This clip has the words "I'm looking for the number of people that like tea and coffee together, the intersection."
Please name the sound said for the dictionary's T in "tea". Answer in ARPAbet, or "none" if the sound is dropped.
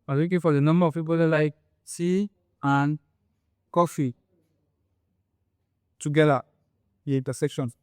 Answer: S